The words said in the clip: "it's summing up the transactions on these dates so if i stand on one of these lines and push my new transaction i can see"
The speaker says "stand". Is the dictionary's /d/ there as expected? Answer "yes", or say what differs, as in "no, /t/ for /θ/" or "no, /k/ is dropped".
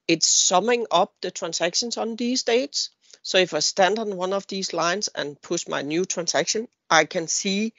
yes